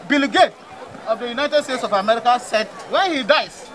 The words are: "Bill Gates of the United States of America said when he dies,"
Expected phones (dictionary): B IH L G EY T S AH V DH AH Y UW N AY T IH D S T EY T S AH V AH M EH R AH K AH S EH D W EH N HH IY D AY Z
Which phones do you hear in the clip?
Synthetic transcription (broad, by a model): B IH L G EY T AH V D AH Y UW N AY T IH D S T EY T S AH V AH M EH R AH K AH S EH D W EH N HH IY D AY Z